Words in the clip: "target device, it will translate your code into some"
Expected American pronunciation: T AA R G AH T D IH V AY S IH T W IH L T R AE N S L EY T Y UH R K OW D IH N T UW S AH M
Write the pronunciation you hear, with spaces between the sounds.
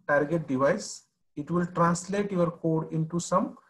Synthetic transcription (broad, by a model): T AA R G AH T D IH V AY S IH T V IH L T R AE N S L EY T Y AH R K OW D IH N T UW S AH M